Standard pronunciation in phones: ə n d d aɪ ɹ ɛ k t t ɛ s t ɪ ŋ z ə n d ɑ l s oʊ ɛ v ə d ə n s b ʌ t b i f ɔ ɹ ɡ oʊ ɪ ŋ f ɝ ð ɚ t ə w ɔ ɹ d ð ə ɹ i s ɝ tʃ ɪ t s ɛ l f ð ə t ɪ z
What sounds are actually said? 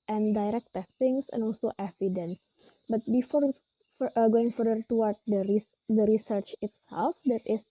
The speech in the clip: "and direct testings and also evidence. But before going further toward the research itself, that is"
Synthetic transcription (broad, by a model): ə n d d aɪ ɹ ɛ k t t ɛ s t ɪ ŋ s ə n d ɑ l s oʊ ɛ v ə d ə n s b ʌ t b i f ɔ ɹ ɡ oʊ ɪ ŋ f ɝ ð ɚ t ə w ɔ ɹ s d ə ɹ i s ɝ tʃ ɪ t s ɛ l f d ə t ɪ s